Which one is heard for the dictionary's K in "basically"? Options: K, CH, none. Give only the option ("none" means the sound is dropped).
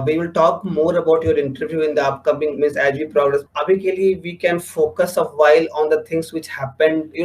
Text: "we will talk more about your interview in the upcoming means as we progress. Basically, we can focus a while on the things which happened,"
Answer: none